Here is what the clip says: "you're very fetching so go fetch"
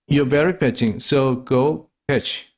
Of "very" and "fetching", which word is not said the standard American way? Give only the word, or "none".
fetching